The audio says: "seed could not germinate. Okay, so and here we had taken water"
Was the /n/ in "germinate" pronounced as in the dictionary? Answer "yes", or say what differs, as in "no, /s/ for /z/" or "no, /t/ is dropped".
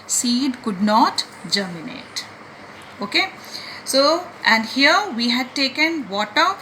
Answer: yes